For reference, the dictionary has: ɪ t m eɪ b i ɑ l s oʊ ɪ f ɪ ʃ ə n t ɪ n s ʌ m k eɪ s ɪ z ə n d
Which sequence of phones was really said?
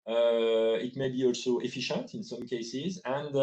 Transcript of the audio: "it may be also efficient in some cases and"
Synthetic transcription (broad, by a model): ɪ t m eɪ b i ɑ l s oʊ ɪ f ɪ ʃ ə n t ɪ n s ʌ m k eɪ s ɪ z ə n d